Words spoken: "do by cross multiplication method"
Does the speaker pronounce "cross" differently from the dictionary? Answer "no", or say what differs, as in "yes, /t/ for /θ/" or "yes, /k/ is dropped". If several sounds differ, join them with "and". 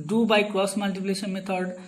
yes, /ɹ/ is dropped